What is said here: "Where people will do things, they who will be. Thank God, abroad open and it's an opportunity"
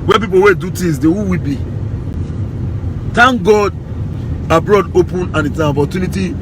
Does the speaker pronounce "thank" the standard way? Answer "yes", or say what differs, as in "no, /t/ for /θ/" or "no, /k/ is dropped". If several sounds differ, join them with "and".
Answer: no, /t/ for /θ/